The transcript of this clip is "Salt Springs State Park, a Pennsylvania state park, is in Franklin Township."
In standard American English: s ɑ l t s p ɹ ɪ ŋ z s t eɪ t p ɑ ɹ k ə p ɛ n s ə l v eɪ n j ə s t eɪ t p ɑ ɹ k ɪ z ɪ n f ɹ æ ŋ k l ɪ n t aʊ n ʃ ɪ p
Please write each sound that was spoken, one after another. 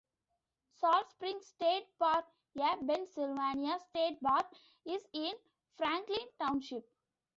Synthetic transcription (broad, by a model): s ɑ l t s p ɹ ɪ ŋ s t eɪ t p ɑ ɹ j ə b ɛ n s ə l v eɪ n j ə s t eɪ t b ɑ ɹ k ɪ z ɪ n f ɹ æ ŋ k l ɪ n t aʊ n ʃ ɪ p